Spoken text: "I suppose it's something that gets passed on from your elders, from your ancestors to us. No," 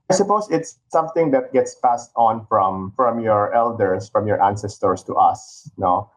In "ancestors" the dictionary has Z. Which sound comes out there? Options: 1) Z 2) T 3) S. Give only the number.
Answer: 3